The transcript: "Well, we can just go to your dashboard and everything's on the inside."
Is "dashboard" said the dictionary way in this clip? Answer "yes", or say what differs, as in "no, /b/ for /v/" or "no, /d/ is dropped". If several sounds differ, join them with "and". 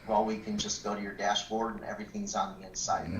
yes